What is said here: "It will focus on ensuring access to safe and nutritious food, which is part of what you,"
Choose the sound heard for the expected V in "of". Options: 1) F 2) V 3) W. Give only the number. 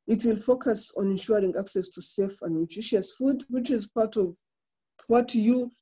2